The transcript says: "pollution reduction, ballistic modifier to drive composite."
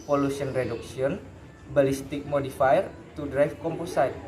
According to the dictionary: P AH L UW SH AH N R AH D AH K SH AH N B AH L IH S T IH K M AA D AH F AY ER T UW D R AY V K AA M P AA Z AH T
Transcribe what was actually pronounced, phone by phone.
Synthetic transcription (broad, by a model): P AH L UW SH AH N R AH D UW K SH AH N B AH L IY S T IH K M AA D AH F AY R T UW D R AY F K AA M P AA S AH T